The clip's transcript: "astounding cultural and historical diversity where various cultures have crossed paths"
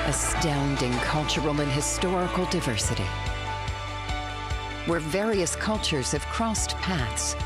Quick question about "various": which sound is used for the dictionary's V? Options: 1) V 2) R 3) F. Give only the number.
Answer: 1